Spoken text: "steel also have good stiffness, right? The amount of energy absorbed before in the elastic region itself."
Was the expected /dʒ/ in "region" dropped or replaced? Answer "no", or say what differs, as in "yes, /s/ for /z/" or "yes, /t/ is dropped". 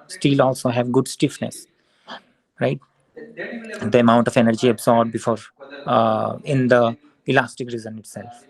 yes, /z/ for /dʒ/